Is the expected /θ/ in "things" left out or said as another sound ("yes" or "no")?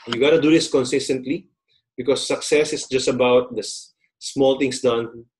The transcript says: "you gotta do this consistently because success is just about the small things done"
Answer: yes